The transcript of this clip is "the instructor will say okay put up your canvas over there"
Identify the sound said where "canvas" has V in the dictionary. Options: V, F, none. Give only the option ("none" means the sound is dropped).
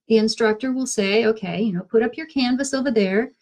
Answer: V